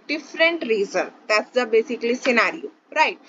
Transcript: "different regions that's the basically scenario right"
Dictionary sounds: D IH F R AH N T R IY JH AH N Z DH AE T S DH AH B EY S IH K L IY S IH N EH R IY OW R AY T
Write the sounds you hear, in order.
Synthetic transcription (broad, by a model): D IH F R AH N T R IY Z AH N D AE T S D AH B EY S IH K L IY S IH N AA R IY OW R AY T